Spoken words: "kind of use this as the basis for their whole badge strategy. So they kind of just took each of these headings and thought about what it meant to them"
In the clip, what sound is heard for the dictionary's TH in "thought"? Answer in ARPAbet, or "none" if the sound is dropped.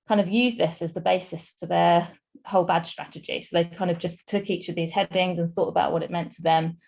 TH